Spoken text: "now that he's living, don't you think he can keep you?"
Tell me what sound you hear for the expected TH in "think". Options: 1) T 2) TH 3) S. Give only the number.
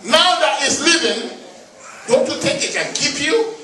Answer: 1